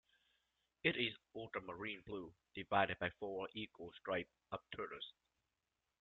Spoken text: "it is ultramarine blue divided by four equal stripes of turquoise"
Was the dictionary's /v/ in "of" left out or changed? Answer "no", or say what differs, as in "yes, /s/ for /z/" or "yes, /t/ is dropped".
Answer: yes, /p/ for /v/